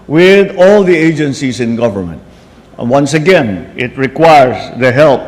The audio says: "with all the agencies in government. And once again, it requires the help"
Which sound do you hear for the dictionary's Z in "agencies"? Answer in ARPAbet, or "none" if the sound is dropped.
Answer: S